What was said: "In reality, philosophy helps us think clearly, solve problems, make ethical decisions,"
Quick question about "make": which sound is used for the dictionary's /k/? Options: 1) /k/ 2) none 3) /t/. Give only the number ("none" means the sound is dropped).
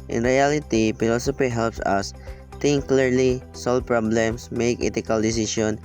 1